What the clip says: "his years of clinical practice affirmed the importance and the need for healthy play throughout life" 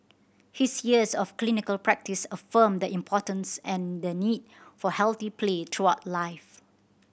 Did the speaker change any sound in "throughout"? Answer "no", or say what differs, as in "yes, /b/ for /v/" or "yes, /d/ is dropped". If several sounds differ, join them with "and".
yes, /t/ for /θ/